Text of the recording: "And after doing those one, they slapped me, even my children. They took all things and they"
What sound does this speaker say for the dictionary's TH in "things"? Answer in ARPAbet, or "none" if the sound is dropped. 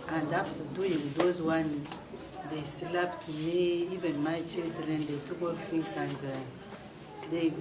F